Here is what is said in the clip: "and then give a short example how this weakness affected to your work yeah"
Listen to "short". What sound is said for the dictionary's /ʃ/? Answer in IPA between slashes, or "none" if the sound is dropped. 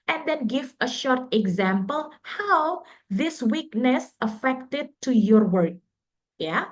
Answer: /ʃ/